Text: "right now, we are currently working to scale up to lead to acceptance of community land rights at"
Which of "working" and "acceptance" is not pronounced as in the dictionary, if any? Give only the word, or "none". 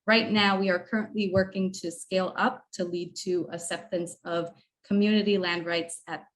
acceptance